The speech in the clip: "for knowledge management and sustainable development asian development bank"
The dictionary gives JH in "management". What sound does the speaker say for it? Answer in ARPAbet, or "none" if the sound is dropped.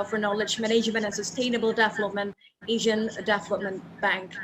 ZH